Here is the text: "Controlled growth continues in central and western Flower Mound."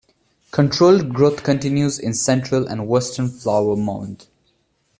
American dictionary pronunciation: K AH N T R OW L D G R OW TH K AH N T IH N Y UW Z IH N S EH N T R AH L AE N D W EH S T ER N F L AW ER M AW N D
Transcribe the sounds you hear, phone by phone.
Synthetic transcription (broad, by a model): K AH N T R OW L D G R OW T K AH N T IH N Y UW Z IH N S EH N T R AH L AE N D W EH S T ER N F L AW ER M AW N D